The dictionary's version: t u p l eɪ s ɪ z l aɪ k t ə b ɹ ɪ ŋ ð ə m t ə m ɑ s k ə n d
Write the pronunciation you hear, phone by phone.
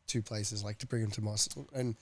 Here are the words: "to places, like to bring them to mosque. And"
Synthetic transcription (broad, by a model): t u p l eɪ s ɪ z l aɪ k t ə b ɹ ɪ ŋ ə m t ə m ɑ s ə n